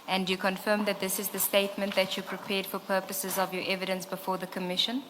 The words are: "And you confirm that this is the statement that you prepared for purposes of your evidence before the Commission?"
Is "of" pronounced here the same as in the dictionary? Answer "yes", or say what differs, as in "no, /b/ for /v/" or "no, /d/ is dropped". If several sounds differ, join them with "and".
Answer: yes